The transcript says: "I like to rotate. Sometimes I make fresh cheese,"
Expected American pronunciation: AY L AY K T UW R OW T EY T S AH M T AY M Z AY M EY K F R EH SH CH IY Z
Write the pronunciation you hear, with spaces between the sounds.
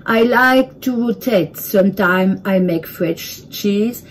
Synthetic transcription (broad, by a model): AY L AY K T UW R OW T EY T S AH M T AY M AY M EY K F R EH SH CH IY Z